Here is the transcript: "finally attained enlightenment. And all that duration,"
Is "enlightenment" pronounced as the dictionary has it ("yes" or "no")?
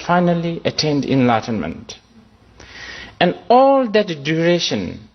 yes